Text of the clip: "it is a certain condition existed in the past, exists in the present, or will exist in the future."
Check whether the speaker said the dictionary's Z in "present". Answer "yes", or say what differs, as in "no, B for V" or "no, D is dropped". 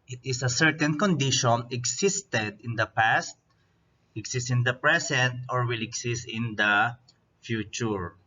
no, S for Z